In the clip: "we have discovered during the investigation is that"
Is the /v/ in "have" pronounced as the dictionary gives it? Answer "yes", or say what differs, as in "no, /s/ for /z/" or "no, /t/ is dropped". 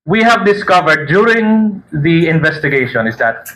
yes